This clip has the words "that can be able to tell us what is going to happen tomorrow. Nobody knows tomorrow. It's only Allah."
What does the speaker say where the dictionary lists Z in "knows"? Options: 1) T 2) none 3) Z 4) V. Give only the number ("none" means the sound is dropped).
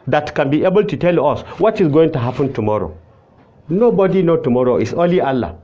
2